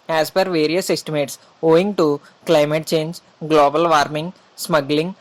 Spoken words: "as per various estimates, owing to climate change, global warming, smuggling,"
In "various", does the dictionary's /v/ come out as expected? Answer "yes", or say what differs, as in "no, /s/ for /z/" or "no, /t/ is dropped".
yes